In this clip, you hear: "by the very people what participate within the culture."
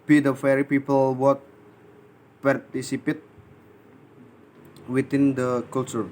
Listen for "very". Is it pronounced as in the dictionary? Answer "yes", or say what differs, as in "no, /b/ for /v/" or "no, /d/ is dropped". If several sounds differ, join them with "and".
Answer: no, /f/ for /v/